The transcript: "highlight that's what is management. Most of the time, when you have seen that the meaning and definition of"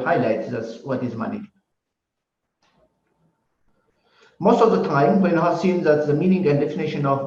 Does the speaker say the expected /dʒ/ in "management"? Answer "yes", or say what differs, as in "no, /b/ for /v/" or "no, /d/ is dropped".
no, /dʒ/ is dropped